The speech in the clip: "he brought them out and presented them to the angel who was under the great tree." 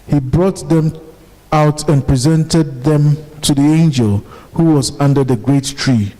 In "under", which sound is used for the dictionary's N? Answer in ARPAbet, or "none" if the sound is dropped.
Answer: N